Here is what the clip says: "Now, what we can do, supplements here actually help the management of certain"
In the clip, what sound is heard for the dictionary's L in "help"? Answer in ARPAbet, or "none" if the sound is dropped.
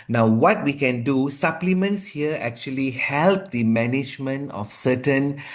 L